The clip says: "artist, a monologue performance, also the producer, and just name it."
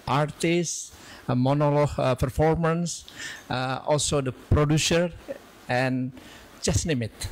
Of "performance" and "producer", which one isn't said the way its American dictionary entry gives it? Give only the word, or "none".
none